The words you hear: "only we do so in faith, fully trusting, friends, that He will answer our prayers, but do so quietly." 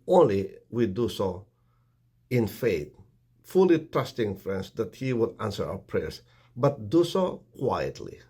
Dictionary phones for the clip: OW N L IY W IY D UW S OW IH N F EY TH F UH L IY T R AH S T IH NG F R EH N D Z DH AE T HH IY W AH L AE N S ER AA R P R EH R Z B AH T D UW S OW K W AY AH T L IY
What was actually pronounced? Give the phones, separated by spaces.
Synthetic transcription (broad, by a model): OW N L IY W IY D UW S OW IH N F EY T F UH L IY T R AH S T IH NG F R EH N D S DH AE T HH IY W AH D AE N S ER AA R P R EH R S B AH T D UW S OW K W AY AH T L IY